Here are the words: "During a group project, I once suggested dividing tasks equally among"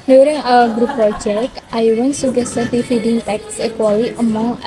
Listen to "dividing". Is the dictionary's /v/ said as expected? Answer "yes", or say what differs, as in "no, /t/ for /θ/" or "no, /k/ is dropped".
no, /f/ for /v/